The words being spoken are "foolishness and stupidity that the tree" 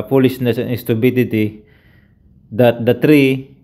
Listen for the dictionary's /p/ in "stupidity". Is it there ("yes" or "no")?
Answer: no